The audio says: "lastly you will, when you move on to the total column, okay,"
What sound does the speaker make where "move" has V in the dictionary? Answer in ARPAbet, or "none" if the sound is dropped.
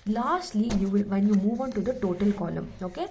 V